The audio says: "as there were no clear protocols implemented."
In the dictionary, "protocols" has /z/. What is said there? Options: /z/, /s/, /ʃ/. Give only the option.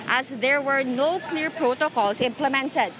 /s/